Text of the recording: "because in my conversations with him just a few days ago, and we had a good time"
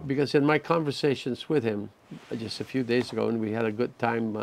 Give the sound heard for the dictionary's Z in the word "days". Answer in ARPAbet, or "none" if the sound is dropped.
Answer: Z